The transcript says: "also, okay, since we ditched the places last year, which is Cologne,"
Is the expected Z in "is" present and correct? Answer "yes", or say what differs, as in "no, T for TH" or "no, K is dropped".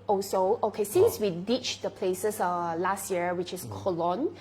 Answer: no, S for Z